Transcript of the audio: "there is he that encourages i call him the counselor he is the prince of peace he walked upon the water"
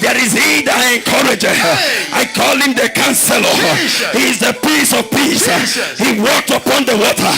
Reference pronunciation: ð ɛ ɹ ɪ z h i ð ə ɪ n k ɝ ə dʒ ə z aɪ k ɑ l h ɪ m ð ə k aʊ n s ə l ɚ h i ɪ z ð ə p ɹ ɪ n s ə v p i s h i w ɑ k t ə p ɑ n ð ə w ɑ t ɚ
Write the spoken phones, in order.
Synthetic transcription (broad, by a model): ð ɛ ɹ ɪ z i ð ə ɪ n k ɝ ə dʒ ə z aɪ k ɑ l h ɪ m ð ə k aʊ n s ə l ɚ h i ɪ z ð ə p i s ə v p i s h i w ɑ k t ə p ɑ n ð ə w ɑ t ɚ